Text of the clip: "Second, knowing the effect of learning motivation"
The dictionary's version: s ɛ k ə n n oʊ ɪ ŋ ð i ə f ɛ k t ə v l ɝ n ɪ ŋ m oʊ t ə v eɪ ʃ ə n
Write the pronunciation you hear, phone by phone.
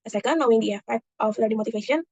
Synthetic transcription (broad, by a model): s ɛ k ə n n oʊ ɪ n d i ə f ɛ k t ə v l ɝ ɪ m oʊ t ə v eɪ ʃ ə n